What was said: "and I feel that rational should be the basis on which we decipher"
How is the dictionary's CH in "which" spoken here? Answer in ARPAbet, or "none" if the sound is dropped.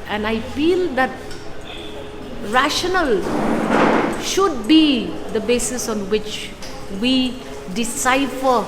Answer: CH